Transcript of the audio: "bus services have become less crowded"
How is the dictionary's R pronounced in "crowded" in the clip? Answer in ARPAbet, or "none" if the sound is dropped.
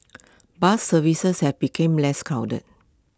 none